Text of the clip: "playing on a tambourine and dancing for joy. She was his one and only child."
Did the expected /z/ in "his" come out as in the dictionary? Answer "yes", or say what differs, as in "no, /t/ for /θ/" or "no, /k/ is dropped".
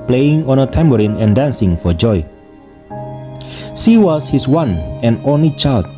no, /s/ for /z/